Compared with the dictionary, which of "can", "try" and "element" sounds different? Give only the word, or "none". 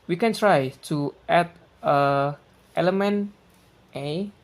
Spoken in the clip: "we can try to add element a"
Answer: none